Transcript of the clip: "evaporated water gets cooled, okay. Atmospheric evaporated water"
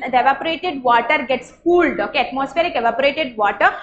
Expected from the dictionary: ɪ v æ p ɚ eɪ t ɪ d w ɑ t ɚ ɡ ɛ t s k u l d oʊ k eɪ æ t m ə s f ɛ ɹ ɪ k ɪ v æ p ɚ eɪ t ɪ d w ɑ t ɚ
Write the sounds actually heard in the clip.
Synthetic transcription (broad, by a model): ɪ v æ p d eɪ t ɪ d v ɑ t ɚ ɡ ɛ t s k u l d oʊ k eɪ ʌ t m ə s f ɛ ɹ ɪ k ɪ v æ p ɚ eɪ t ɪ d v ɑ t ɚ